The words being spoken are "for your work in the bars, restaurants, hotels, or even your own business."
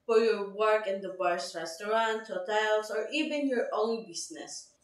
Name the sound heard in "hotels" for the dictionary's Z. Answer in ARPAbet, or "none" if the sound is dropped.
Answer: S